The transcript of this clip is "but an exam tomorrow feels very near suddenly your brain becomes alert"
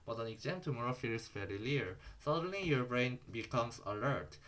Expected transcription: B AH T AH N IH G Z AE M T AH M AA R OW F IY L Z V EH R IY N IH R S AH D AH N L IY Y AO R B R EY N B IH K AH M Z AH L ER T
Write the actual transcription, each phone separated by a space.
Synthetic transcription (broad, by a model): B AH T AH N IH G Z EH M T AH M AA R OW F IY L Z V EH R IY L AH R S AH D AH N L IY Y AO R B R EY N B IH K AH M S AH L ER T